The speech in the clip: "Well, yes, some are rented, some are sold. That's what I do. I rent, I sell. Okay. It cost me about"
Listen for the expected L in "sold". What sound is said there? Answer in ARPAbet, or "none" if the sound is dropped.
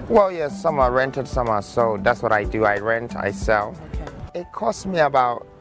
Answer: none